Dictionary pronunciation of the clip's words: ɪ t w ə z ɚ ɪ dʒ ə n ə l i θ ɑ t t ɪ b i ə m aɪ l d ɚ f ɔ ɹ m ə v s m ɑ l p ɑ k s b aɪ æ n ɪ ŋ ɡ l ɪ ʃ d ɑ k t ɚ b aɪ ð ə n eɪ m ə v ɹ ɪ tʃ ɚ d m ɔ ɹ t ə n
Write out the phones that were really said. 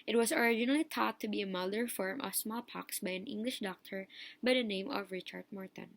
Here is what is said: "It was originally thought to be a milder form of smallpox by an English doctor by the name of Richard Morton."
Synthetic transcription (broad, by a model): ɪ t w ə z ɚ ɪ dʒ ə n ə l i t ɑ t t ɪ b i ə m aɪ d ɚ f ɔ ɹ m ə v s m ɑ l p ɑ k s b aɪ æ n ɪ ŋ ɡ l ɪ ʃ d ɑ k t ɚ b aɪ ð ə n eɪ m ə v ɹ ɪ tʃ ɚ d m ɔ ɹ t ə n